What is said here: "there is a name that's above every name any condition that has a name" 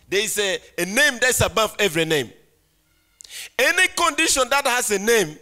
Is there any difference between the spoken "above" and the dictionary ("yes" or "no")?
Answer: yes